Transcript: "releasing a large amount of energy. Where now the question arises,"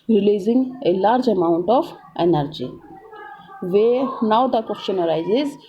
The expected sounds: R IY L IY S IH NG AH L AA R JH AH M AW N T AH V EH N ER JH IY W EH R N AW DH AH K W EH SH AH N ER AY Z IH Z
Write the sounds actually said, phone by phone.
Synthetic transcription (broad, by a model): R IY L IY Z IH NG AH L AA R JH AH M AW N T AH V EH N ER JH IY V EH N AW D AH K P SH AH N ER AY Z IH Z